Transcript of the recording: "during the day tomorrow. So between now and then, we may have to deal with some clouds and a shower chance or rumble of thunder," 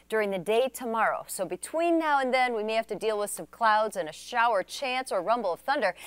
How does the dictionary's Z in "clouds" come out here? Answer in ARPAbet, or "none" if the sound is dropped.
Z